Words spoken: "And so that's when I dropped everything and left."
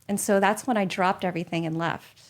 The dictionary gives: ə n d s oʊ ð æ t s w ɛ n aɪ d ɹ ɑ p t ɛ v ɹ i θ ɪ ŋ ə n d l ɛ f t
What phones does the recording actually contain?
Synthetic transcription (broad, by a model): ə n s oʊ ð æ t s w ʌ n aɪ d ɹ ɑ p t ɛ v ɹ i θ ɪ ŋ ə n l ɛ f t